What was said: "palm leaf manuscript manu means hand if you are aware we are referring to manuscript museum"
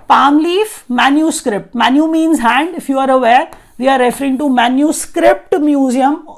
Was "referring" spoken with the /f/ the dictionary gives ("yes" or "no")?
yes